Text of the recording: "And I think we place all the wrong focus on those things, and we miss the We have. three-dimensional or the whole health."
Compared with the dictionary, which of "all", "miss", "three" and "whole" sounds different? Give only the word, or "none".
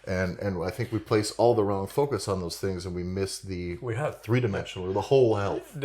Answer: none